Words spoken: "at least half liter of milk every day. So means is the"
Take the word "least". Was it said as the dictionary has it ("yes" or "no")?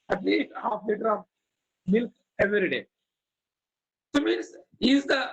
no